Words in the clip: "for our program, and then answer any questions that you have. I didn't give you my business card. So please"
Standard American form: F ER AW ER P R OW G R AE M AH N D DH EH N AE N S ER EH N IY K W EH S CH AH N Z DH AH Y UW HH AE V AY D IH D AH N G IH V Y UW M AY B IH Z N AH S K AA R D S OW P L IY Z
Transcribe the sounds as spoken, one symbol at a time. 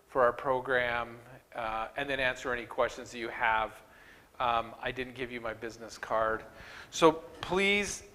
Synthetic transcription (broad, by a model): F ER AW ER P R OW G R AE M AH N DH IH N AE N S ER EH N IY K W EH S CH AH N Z DH AH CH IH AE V AY D IH D N G IH V Y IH M AY B IH Z N AH S K AA R D S OW P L IY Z